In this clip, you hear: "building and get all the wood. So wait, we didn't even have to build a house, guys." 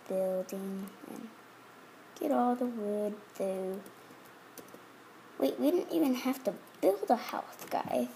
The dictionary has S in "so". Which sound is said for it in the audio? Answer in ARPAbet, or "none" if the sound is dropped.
TH